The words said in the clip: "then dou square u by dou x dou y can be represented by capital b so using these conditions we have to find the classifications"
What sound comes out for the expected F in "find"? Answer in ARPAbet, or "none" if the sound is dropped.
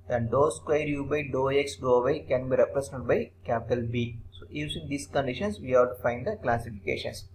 F